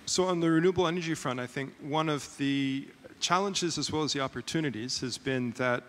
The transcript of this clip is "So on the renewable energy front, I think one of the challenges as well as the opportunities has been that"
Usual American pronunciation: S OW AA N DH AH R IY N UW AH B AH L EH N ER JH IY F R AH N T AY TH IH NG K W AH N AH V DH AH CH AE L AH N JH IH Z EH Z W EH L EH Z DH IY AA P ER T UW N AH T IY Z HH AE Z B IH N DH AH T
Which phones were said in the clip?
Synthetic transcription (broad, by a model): S OW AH N DH AH R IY N UW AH B L EH N ER JH IY F R AH N T AY TH IH NG K W AH N AH V DH AH CH AE L AH N JH IH Z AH Z W EH L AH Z DH IY AA P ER T UW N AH T IY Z HH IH Z B IH N DH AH T